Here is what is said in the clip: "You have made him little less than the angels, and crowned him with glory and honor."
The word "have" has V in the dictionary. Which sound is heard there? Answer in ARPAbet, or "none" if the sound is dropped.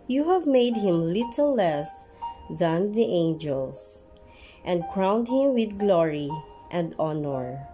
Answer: V